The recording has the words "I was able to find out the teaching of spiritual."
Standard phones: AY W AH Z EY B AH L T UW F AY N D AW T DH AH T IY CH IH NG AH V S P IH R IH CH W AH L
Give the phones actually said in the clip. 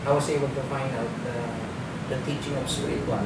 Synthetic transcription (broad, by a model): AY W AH S EY B AH L T UW F AY N D AW T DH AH T IY CH IH NG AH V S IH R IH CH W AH